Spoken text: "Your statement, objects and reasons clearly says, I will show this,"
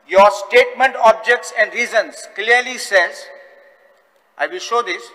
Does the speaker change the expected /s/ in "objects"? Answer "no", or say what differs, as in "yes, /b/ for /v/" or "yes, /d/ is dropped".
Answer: no